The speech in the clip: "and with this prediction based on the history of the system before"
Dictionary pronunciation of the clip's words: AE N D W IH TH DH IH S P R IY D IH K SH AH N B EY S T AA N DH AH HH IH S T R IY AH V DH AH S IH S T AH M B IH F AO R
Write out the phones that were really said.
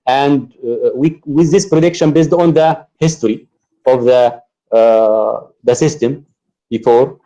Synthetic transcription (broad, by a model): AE N D W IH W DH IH S P R IY D IH K SH AH N B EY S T AA N DH AH HH IH S T R IY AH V DH AH S IH S T AH M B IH F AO R